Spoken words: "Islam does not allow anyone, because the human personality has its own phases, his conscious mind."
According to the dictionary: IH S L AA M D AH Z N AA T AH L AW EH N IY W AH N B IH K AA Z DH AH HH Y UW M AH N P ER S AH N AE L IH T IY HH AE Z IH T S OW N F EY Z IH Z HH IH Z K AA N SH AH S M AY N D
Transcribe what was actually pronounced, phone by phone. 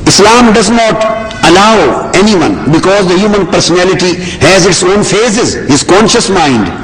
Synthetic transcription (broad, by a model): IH S L AA M D AH Z N AA T AH L AW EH N IY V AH N B IH K AA Z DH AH HH Y UW M AH N P ER S AH N AE L IH T IY HH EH Z IH T S OW N F EY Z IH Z HH IH Z K AA N SH AH S M AY N D